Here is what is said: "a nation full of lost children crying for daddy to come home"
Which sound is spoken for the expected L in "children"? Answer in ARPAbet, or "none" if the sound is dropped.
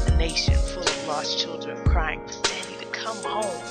L